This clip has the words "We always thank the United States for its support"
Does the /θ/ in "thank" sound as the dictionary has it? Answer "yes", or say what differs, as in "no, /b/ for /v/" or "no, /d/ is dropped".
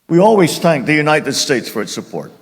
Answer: yes